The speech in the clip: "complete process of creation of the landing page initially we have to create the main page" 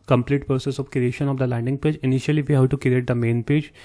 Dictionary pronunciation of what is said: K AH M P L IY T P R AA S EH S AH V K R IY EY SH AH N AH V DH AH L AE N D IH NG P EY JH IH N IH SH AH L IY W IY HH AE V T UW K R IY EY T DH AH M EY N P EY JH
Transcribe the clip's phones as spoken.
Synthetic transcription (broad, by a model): K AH M P L IY T P R S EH S AH V K R IY EY SH AH N AH V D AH L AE N D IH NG P EY JH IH N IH SH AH L IY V IY HH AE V T UW K R IY EY T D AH M EY N P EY JH